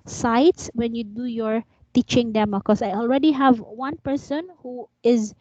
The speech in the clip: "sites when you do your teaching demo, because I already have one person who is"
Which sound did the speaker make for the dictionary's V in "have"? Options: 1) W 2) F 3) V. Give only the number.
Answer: 3